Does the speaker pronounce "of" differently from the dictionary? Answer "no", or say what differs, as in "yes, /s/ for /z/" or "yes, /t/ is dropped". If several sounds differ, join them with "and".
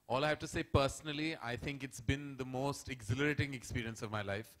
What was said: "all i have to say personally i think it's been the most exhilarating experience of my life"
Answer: no